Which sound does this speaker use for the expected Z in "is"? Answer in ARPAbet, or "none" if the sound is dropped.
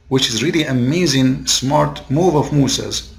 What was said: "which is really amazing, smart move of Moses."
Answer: Z